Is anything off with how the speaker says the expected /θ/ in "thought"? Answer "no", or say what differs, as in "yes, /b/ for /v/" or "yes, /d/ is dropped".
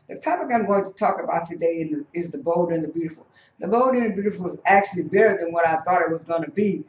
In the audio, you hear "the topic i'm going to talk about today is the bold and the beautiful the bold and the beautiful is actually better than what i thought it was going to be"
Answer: no